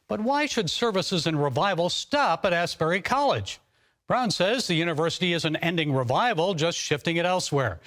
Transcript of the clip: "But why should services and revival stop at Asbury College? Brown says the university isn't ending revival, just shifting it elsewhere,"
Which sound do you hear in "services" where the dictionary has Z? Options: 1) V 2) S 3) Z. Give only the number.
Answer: 3